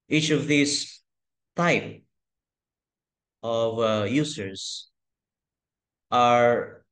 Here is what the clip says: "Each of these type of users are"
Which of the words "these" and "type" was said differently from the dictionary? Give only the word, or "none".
these